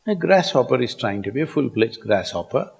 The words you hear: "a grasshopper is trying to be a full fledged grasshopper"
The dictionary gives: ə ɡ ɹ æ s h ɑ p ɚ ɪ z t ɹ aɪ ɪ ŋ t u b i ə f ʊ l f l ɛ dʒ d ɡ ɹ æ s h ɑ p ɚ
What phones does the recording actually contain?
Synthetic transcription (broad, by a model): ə ɡ ɹ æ s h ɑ p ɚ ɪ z t ɹ aɪ ɪ ŋ t u b i ə f ʊ l p l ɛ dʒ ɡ ɹ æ s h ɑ p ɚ